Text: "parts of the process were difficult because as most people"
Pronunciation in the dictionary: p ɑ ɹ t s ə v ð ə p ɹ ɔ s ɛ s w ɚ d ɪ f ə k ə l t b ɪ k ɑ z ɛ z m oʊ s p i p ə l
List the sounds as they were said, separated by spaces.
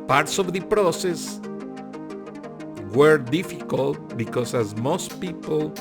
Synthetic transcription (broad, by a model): p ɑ ɹ t s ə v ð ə p ɹ ɔ s ɛ s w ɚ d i f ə k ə l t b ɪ k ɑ s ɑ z m oʊ s p i p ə l